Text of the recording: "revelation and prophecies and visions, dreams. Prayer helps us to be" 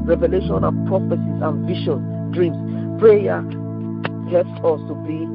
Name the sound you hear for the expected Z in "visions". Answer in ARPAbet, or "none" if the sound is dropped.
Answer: none